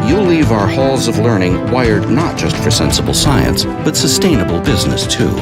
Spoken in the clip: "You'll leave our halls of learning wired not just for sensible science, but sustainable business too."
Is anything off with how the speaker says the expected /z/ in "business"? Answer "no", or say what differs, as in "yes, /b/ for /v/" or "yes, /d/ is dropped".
no